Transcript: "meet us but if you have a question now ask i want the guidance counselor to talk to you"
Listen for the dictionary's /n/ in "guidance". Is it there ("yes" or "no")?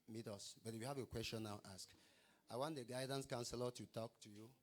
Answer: yes